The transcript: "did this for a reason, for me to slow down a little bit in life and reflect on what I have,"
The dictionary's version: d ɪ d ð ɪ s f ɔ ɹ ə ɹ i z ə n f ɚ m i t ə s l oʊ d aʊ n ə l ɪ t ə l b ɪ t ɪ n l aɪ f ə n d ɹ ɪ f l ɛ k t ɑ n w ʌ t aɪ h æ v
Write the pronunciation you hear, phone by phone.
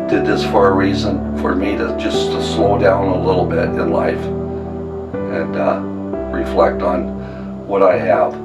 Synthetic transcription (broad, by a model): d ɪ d ð ɪ s f ɔ ɹ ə ɹ i z ə n f ɚ m i t ə s l oʊ d aʊ n ə l ɪ t l b ɪ t ɪ n l aɪ f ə n ɹ ɪ f l ɛ k t n w ʌ t aɪ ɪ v